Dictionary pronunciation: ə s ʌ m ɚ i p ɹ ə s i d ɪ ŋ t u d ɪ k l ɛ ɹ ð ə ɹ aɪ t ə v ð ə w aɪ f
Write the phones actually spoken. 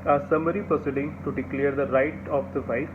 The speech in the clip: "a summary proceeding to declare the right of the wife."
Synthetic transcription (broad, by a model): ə s ʌ m ɚ i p ə s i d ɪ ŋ t u d ɪ k l ɛ ɹ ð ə ɹ aɪ t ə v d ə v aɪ